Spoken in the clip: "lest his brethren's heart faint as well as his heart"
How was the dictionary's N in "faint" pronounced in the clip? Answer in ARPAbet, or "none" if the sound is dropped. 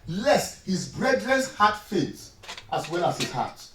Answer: none